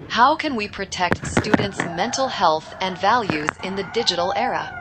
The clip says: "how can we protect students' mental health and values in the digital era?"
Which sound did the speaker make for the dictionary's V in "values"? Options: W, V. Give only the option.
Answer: V